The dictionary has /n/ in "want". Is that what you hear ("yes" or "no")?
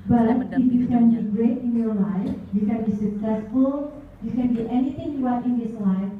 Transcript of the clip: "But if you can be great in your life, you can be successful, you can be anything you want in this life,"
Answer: no